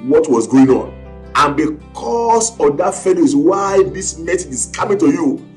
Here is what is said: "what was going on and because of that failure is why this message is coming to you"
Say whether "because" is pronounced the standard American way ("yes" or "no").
no